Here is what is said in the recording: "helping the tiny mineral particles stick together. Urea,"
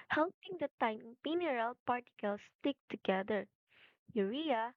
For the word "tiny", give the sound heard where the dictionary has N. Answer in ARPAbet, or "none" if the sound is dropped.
none